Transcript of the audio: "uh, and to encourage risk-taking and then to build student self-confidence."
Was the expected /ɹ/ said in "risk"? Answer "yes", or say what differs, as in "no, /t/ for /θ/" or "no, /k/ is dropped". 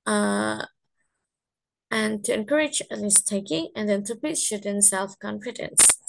no, /l/ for /ɹ/